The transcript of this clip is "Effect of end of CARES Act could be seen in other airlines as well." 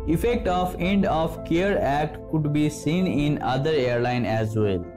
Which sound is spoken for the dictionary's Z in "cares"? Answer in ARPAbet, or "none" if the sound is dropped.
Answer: none